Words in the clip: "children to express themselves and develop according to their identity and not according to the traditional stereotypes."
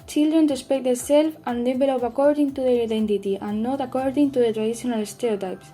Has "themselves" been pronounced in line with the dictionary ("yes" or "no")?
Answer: no